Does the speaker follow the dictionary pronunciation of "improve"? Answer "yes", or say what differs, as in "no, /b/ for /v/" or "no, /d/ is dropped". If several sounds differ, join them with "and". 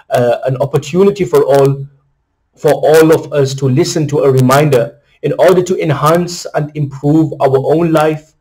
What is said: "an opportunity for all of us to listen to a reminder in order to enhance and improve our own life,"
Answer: yes